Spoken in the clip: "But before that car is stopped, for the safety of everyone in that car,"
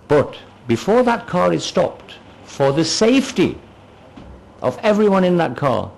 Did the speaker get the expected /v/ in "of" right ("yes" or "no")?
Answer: yes